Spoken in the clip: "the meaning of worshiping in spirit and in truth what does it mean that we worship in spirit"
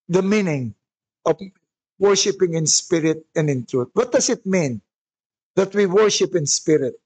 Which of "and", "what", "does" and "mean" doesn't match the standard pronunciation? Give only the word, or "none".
does